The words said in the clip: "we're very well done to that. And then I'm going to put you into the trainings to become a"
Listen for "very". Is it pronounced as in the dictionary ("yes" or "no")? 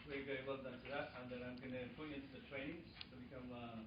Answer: no